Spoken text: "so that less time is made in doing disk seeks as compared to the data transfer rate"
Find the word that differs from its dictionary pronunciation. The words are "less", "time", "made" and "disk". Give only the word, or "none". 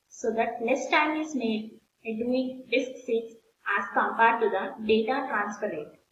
less